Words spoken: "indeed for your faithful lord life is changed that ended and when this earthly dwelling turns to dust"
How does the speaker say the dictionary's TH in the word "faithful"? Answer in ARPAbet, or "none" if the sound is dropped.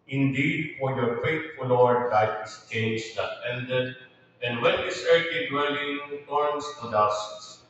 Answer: T